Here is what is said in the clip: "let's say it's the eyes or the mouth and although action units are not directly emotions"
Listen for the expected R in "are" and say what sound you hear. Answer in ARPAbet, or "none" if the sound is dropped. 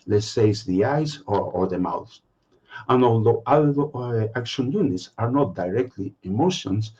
R